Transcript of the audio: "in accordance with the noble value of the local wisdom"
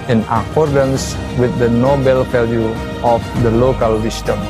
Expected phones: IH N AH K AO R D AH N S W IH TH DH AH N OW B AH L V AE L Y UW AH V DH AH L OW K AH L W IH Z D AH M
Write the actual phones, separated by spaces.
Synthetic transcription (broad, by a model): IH N AH K AO R D AH N S W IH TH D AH N OW B AH L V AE L Y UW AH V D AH L OW K AH L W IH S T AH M